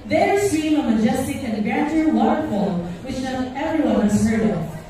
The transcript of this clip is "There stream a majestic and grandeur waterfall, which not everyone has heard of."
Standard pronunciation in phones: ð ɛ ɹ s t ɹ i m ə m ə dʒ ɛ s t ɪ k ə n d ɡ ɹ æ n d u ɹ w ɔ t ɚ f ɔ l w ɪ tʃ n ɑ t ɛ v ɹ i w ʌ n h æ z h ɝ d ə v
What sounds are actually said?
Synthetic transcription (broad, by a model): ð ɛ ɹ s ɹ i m ə m ə dʒ ɛ s t ɪ k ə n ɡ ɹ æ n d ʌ ɹ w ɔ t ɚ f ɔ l w ɪ tʃ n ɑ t ɛ v ɹ i w ʌ n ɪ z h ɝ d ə